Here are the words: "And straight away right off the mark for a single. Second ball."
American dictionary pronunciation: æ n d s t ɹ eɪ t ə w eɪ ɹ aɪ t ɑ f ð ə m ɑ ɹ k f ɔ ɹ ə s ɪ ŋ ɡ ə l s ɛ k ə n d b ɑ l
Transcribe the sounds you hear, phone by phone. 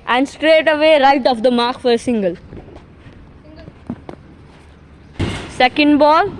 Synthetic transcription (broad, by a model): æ n d s t ɹ eɪ t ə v eɪ ɹ aɪ t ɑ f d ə m ɑ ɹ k f ɔ ɹ ə s ɪ ŋ ɡ ə l s ɛ k ə n d b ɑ l